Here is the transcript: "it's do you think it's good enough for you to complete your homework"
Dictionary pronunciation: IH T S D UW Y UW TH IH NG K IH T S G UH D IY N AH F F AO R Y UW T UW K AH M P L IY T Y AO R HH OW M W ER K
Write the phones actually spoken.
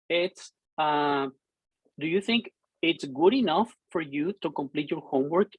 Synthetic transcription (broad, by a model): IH T S D UW Y UW TH IH NG K IH T S G UH D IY N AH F F AO R Y UW T UW K AH M P L IY T Y AO R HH OW M W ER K